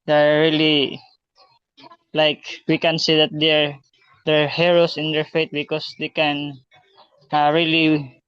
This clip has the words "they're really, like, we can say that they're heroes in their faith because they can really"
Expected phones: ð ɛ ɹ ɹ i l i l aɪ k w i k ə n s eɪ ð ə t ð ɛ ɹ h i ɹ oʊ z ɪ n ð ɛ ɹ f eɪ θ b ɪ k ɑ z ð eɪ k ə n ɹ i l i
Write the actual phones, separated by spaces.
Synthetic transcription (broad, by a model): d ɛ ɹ ɹ i l i l aɪ k w i k ə n s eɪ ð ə t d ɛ ɹ h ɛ ɹ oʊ s ɪ n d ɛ ɹ f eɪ t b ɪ k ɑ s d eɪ k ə n ɹ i l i